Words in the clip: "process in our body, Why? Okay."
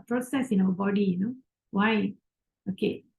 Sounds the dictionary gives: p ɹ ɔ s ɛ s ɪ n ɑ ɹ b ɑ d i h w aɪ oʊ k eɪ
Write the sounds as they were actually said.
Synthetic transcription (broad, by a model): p ɹ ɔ s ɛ s ɪ n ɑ w b ɑ d i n w aɪ oʊ k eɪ